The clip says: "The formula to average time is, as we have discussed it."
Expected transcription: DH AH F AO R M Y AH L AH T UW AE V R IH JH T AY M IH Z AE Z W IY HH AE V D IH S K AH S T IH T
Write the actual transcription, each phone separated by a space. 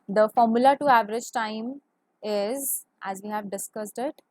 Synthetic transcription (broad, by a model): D AH F AO R M Y AH L AH T UW AE V R IH JH T AY M IH Z AE Z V IY HH AE V D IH S K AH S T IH T